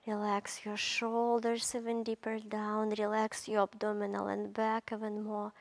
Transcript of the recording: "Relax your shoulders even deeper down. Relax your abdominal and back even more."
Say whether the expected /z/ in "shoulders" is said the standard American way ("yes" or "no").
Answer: no